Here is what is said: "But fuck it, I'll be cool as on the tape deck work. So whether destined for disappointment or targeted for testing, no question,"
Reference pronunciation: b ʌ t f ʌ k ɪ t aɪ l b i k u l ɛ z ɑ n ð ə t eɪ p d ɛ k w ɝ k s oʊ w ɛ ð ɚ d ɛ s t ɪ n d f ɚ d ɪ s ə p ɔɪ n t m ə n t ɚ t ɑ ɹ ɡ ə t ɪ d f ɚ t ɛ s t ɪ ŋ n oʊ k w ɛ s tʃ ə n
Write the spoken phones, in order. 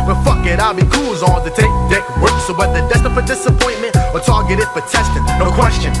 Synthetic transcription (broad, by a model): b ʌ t f ʌ k ɪ t aɪ l b i k u l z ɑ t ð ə t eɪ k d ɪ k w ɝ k s oʊ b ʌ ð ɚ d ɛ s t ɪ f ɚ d ɪ s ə p ɔɪ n m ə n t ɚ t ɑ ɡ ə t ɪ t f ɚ t ɛ s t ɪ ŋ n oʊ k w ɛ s tʃ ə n